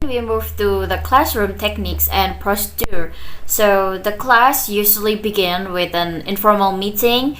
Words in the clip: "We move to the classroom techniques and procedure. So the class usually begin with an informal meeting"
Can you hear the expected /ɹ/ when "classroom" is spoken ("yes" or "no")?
yes